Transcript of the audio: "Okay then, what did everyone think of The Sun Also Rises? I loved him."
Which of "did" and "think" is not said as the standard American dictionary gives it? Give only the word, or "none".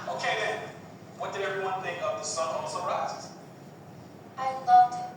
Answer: think